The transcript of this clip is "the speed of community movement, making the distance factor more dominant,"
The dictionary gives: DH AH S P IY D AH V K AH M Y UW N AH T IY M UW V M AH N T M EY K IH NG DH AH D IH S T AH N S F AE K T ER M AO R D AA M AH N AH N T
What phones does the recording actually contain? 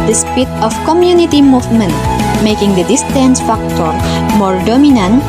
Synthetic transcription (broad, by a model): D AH S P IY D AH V K AH M Y UW N AH T IY M UW V M AH N T M EY K IH NG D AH D IH S T AH N S F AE K T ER M AO R D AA M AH N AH N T